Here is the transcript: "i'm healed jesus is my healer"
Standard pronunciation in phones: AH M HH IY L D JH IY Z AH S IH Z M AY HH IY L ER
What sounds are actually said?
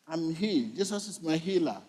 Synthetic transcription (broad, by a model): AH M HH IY JH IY S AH S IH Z M AY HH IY L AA